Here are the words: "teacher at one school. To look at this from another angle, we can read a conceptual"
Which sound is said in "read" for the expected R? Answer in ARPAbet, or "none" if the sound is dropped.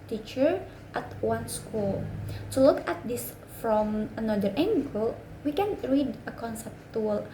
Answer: R